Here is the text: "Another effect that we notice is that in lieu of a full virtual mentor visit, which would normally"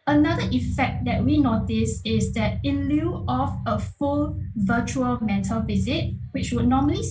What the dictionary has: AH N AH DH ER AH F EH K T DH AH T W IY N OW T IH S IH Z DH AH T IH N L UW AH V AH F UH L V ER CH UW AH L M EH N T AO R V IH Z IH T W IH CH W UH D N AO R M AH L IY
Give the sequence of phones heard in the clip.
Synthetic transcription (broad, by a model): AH N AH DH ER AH F EH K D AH T W IY N OW T IH S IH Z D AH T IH L UW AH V AH F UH L V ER CH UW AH L M EH T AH L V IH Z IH T W IH CH W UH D N AO M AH L IY